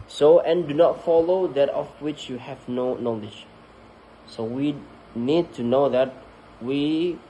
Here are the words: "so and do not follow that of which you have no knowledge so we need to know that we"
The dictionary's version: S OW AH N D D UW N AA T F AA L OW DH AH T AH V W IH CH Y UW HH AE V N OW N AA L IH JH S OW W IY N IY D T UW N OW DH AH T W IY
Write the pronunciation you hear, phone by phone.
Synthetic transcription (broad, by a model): S OW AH N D D UW N AA T F AA L OW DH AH T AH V W IH CH Y UW HH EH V N OW N AA L IH JH S OW W IY N IY D T UW N OW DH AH T W IY